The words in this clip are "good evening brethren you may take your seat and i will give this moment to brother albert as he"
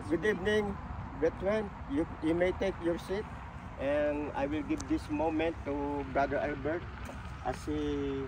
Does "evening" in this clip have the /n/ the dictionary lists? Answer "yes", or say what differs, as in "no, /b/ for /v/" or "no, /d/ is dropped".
yes